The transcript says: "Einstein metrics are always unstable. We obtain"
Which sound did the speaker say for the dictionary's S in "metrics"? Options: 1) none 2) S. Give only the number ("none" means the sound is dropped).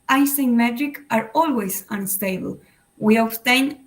1